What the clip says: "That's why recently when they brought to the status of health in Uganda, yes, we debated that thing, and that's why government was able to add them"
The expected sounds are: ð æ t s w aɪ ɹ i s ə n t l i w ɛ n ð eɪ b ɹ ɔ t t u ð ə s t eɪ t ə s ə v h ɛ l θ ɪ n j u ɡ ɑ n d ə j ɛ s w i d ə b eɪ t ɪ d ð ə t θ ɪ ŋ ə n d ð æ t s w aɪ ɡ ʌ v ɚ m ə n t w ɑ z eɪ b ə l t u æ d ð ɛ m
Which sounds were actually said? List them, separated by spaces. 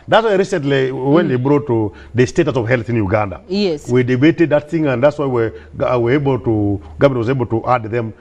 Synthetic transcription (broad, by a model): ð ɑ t s w aɪ ɹ i s ə n t l i w ɛ n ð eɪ b ɹ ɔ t t u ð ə s t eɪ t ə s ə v h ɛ l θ ɪ n j u ɡ ɑ n d ə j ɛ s w i d ə b eɪ t ɪ d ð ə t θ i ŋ ə n d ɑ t s w aɪ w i w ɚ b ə l t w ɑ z eɪ b ə l t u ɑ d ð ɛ m